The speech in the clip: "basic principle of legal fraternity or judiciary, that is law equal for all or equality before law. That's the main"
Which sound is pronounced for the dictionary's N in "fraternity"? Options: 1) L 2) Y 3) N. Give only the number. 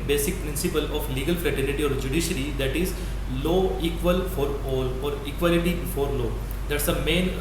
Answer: 1